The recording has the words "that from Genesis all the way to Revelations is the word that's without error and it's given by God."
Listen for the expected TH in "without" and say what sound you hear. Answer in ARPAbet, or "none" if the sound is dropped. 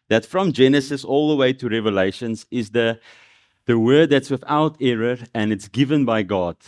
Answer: TH